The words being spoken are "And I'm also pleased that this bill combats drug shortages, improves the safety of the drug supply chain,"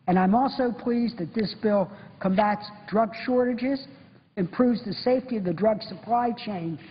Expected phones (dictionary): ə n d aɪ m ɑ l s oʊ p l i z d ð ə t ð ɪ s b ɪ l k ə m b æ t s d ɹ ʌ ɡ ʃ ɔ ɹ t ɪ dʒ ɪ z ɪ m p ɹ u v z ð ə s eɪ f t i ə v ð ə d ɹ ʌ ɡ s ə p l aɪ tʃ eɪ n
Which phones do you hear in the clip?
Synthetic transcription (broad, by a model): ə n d aɪ m ɑ l s oʊ p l i z ð ə t ð ɪ s b ɪ l k ə m b æ t s d ɹ ʌ ɡ ʃ ɔ ɹ t ɪ dʒ ɪ z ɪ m p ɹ u v z ð ə s eɪ f t i ə v ð ə d ɹ ʌ ɡ s ə p l aɪ tʃ eɪ n